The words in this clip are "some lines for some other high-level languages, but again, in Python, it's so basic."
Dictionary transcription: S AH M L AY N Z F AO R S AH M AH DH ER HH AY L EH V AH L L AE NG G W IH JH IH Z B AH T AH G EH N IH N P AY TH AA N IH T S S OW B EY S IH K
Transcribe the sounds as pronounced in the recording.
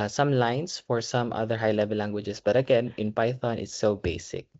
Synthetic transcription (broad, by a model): S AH M L AY N S F AO R S AH M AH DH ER HH AY L EH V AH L L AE NG G W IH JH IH S B AH T AH G EH N IH N P AY TH AA N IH T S S OW B EY S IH K